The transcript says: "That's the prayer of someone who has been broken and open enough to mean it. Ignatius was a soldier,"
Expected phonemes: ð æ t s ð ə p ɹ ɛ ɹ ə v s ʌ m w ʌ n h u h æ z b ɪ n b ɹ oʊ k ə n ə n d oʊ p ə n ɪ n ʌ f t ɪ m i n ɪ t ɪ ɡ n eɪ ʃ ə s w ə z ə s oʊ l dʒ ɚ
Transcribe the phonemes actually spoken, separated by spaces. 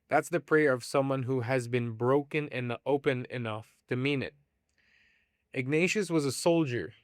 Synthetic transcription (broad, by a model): ð æ t s ð ə p ɹ ɛ ɹ ə v s ʌ m w ʌ n h u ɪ z b ɪ n b ɹ oʊ k ə n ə n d oʊ p ə n ɪ n ʌ f t ɪ m i n ɪ t ɪ ɡ n eɪ ʃ ə s w ə z ə s oʊ l dʒ ɚ